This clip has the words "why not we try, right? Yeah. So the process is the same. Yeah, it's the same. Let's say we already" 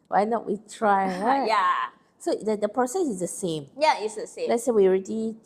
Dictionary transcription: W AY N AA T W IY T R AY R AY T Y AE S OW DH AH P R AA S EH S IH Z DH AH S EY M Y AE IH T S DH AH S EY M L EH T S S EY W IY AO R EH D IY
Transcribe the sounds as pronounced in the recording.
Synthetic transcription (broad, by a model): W AY N AA T W IY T R AY W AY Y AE S OW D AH P R AA S EH S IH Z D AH S EY M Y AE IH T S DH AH S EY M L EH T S S EY W IY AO R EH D IY